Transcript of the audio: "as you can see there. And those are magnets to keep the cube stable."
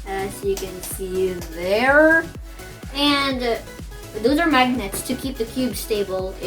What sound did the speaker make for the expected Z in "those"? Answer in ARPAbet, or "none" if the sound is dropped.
Z